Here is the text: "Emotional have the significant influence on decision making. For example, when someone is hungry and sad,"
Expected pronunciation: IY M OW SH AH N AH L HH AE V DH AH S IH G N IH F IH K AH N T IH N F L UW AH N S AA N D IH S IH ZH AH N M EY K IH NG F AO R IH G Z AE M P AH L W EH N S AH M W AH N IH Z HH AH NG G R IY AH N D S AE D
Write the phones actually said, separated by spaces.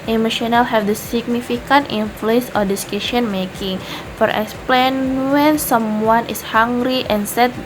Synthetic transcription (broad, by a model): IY M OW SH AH N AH L HH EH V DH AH S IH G N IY F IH K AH N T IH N F L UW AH N S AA D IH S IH SH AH N M EY K IH NG F AO R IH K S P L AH N W EH N S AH M W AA N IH S HH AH NG G R IY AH N S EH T